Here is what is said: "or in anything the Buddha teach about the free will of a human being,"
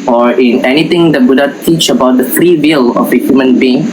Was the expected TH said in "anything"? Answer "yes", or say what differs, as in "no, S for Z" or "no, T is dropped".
no, T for TH